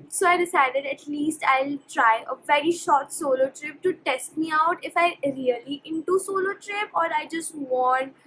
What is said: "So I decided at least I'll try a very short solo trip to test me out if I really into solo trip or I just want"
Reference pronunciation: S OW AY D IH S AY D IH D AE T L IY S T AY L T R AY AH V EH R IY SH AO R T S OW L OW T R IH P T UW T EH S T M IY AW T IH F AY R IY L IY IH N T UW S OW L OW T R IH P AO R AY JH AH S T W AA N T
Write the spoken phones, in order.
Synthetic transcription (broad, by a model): S OW AY D IH S AY D IH D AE T L IY S T AY L T R AY AH V EH R IY SH AO R T S OW L OW T R IH P T UW T EH S T M IY AW T IH F AY R IY L IY IH N T UW S OW L OW T R IH P AO R AY JH AH S T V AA N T